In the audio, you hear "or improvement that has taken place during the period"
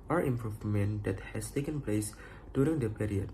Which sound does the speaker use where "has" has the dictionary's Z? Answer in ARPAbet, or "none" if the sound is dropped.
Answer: S